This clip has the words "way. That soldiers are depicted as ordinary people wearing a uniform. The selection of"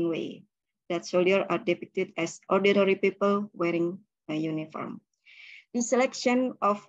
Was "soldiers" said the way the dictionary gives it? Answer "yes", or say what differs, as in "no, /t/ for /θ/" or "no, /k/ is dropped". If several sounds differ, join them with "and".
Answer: no, /dʒ/ is dropped and /z/ is dropped